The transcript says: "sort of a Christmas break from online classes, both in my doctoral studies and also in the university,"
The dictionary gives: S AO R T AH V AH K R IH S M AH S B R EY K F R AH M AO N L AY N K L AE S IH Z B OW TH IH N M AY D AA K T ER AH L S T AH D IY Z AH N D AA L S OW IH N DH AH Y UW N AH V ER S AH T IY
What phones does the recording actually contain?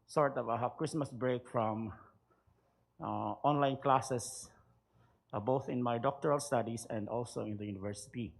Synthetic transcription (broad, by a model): S AO R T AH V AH K R IH S M AH S B R EY K F R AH M AO N L AY N K L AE S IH S B OW TH IH N M AY D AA K T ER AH L S T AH D IY S AH N D AA L S OW IH N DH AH Y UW N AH V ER S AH T IY